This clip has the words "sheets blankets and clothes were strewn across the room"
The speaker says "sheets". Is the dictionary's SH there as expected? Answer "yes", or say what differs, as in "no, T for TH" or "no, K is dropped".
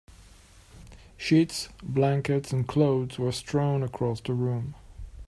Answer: yes